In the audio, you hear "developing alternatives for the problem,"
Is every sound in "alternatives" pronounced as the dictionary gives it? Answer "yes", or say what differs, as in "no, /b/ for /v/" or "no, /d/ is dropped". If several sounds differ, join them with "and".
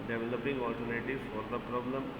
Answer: no, /l/ is dropped